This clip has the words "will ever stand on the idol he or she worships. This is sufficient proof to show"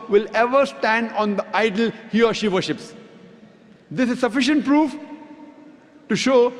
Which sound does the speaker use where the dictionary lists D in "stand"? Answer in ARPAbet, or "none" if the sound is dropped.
D